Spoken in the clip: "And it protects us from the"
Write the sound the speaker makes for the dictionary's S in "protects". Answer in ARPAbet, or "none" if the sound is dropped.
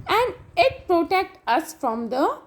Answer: none